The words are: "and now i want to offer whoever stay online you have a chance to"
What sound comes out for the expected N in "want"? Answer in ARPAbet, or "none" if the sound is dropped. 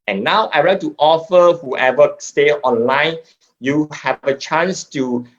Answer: none